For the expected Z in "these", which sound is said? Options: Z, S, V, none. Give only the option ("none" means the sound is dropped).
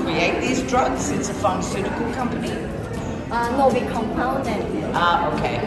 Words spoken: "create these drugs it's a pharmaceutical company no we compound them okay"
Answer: Z